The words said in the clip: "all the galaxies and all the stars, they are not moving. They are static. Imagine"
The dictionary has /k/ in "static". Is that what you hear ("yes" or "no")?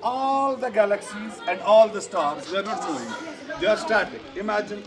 no